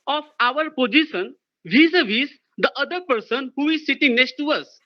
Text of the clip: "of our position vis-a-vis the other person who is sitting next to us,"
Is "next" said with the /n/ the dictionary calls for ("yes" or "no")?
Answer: yes